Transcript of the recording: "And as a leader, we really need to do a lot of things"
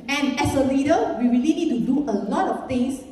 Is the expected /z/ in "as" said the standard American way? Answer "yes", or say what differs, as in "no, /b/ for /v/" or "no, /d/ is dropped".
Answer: no, /s/ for /z/